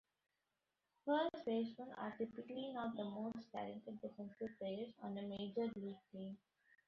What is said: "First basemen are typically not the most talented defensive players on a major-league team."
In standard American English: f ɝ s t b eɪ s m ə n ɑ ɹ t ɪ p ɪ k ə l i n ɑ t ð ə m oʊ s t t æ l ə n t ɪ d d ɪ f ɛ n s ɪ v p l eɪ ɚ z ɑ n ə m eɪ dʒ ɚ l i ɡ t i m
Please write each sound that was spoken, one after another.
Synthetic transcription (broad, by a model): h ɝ t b eɪ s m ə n ɑ ɹ t ɪ p ɪ k ə l i n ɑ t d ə m oʊ s t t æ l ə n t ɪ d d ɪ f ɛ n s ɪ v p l eɪ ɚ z ɑ n ə m eɪ dʒ ɚ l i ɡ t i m